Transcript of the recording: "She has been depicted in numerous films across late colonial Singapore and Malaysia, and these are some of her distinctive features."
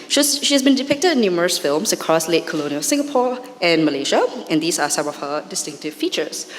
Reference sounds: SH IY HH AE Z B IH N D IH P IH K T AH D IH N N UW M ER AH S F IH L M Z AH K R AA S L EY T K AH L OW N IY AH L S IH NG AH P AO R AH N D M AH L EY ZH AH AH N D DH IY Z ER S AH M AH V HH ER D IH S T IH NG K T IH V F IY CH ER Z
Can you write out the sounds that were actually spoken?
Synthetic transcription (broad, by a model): SH IY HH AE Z B IH N D IH P IH K T AH D IH N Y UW M ER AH S F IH L M S AH K R AA S L EY T K AH L OW N IY AH L S IH NG AH P AO R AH N M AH L EY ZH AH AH N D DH IY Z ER S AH M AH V HH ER D IH S T IH NG K T IH V F IY CH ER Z